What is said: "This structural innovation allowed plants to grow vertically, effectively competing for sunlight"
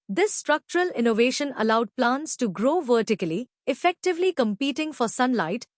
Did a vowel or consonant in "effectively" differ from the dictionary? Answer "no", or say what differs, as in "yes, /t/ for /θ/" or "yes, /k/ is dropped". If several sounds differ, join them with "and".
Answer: no